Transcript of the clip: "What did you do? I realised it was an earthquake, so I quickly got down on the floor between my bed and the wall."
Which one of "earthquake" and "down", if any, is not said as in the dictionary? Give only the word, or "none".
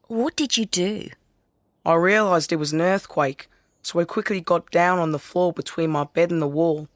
none